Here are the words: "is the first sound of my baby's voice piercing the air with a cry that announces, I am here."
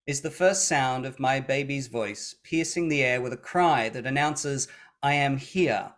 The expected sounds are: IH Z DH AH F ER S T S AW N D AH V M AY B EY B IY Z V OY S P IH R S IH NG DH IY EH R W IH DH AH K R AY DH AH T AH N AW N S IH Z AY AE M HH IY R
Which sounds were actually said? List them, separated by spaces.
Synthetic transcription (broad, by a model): IH Z DH AH F ER S T S AW N D AH V M AY B EY B IY Z V OY S P IH R S IH NG DH IY EH R W IH DH AH K R AY DH AH T AH N AW N S IH Z AY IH M HH IY R